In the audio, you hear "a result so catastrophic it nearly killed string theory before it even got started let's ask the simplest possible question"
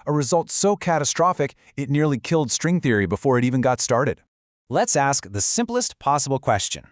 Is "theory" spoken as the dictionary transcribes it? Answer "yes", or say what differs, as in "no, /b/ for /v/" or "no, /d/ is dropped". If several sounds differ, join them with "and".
yes